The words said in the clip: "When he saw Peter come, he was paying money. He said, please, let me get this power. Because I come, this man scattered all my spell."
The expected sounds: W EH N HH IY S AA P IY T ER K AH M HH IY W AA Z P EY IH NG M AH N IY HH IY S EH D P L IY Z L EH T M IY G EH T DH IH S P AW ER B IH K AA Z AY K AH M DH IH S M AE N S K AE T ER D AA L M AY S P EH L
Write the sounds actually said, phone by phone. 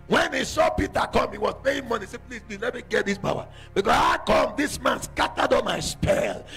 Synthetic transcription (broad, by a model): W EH N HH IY S AA P IY T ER K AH M HH IY W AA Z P EY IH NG M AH N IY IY S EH P L IY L L EH T M IY G EH T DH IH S B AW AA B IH K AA S AY K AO M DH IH S M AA N S K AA T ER D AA M AY S P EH L